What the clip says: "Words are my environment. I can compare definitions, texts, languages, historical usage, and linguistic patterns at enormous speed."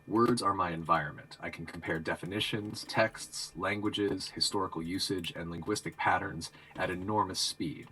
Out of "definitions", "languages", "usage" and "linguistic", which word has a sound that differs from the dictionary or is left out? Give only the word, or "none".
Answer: none